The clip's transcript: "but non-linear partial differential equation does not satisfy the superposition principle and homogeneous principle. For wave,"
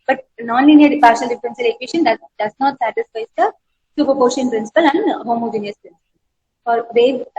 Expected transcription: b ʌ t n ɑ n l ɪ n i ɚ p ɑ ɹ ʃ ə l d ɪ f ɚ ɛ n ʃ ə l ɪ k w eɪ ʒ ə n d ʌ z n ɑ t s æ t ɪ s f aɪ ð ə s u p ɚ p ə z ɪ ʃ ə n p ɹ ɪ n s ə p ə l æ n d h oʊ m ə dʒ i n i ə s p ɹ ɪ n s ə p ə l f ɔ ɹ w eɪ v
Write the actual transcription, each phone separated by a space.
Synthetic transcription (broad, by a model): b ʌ t n ɑ n l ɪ n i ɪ p ɑ ɹ ʃ ə l d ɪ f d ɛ n s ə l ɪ k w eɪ ʃ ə n d ʌ z n ɑ t s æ t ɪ s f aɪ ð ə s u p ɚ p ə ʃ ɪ ə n p ɹ ɪ n s ə p ə l æ n d h oʊ m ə dʒ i n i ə s p ɹ ɪ n s ə p ə l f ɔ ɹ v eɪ